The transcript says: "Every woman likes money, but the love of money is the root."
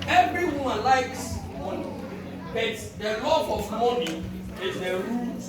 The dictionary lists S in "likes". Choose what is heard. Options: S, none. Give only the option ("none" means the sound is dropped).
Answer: S